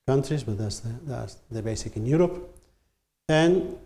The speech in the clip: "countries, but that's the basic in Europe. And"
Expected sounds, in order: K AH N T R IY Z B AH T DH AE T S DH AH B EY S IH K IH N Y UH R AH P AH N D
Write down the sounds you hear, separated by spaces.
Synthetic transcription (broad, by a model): K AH N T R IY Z B AH T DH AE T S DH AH B EY S IH K IH N Y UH R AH P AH N